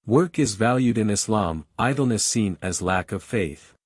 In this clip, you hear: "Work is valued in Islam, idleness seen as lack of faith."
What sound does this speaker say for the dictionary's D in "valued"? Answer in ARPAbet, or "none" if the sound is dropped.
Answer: D